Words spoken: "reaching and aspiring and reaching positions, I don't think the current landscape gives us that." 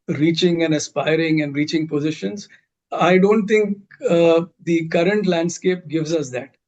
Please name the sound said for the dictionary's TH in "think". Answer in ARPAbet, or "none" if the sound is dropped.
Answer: T